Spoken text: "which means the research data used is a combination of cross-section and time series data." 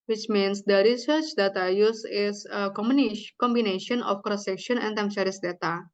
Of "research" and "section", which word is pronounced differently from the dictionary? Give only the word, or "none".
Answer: none